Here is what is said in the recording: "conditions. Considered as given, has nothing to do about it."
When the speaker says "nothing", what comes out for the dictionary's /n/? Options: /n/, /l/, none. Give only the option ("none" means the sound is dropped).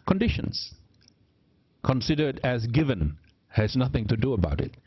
/n/